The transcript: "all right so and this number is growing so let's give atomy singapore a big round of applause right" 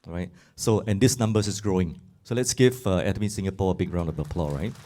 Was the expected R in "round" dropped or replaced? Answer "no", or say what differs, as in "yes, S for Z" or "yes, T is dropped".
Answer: no